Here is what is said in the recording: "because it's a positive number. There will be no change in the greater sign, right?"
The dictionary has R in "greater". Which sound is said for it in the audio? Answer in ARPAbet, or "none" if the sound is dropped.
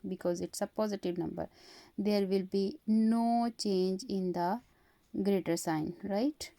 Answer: R